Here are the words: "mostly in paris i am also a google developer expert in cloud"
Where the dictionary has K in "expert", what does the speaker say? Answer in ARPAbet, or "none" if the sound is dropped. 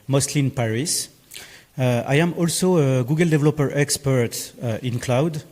K